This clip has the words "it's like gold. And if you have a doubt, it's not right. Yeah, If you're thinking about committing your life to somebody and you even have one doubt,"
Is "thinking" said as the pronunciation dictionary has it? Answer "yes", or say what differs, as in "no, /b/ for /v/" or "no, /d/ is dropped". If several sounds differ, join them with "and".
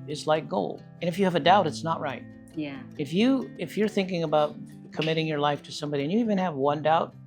yes